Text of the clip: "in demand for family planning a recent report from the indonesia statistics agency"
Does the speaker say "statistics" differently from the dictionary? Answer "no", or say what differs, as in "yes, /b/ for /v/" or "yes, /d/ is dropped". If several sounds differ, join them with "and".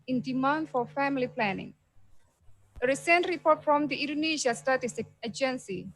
yes, /k/ is dropped